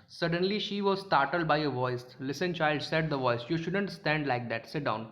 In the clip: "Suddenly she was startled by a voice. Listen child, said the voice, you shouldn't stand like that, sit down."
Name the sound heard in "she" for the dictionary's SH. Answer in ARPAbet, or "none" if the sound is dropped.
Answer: SH